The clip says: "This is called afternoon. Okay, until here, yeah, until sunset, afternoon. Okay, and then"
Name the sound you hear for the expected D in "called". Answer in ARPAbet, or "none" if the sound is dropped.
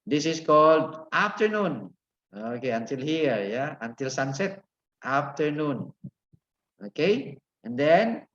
D